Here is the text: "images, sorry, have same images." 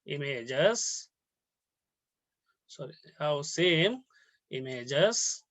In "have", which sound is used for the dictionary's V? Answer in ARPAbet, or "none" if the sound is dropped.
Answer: W